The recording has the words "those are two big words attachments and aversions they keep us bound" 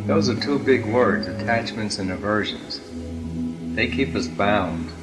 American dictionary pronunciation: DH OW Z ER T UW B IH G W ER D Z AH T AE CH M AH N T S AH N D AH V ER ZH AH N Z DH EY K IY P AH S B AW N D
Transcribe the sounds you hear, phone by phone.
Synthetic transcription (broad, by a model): DH OW Z ER T UW B IH G W ER D Z AH T AE CH M AH N T S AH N AH V ER ZH AH N Z DH EY K IY P AH S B AW N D